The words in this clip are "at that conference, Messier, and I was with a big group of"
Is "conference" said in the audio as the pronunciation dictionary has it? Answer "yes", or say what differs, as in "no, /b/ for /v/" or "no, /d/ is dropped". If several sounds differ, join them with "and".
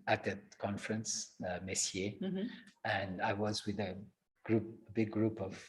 yes